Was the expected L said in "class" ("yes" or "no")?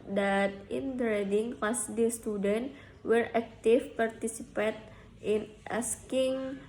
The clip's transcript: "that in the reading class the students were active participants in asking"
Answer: no